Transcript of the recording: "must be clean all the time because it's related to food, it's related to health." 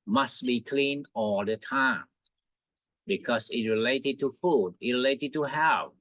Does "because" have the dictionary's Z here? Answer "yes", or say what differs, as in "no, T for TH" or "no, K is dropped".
no, S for Z